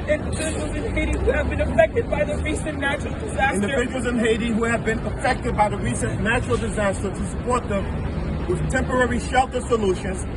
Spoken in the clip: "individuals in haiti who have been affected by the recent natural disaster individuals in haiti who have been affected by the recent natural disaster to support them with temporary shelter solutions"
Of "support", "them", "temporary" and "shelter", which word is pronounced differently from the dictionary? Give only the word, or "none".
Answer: none